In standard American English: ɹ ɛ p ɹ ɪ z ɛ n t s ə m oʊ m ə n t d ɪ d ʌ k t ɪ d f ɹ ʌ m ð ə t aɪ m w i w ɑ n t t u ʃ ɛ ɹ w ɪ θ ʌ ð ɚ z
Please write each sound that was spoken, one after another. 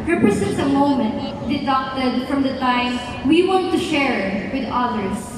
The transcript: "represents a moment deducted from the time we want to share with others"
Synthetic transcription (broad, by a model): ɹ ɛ p ɹ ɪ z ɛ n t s ə m oʊ m ə n t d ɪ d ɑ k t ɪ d f ɹ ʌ m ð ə t aɪ m w i w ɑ n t t u ʃ ɛ ɹ w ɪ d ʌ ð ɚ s